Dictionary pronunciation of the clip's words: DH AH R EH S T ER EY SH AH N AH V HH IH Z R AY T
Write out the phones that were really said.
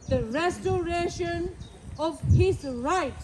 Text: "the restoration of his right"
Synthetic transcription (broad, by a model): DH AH R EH S T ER EY SH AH N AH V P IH S R AY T